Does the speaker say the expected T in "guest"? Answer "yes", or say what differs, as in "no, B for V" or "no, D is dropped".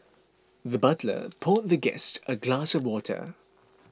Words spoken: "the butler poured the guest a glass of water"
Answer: yes